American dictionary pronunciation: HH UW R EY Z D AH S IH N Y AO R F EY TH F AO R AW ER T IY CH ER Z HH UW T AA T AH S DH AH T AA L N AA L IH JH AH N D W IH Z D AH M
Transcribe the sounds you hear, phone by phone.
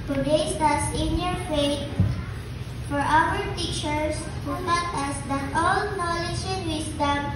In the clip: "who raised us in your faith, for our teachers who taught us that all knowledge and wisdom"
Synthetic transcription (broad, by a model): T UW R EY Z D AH S IH N Y AO R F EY T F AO R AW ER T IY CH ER S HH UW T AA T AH S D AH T AA L N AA L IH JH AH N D W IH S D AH M